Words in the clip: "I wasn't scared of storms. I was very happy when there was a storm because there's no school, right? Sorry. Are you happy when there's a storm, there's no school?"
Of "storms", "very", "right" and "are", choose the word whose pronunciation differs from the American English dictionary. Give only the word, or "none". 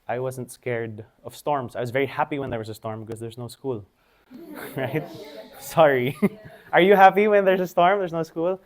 storms